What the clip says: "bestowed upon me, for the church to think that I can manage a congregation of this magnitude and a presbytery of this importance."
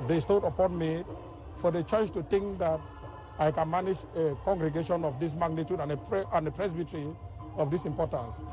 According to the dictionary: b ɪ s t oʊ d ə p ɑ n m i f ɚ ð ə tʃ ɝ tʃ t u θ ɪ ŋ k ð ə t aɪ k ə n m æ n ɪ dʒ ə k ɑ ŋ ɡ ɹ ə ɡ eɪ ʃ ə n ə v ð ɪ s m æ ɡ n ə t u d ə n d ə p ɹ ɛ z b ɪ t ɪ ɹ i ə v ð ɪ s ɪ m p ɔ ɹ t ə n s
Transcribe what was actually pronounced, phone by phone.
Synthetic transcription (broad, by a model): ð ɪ s t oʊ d ə p ɑ n m i f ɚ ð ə tʃ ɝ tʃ t u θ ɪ ŋ k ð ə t aɪ k ə n m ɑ n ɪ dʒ ə k ɑ ŋ ɡ ɹ ə ɡ eɪ ʃ ə n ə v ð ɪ s m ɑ ɡ n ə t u d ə n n ə p ɹ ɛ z b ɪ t ɹ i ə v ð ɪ s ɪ m p ɔ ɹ t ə n s